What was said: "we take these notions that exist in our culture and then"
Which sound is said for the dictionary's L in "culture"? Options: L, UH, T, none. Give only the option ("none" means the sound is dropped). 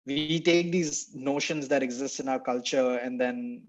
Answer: L